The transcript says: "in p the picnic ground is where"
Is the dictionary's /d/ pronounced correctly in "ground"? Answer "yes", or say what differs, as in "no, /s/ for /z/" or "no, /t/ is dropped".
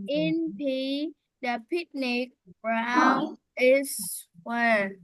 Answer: no, /d/ is dropped